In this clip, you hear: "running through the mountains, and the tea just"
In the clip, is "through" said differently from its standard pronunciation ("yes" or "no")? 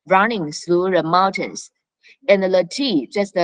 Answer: yes